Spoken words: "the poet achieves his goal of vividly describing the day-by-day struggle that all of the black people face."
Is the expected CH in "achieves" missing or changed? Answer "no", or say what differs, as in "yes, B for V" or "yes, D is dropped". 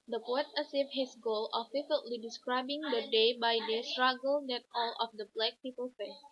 yes, S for CH